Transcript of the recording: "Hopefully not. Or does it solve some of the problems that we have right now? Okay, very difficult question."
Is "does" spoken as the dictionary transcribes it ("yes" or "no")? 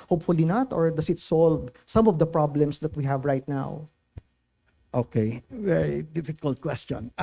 no